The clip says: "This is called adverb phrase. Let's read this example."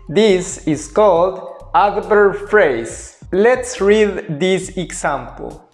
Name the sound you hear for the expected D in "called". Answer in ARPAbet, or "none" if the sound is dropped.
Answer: D